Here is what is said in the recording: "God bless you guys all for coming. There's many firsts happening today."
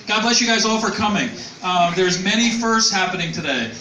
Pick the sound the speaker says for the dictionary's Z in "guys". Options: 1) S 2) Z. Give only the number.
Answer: 2